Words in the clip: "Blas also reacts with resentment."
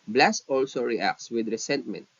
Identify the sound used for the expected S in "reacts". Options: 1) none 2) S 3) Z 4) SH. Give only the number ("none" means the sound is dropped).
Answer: 2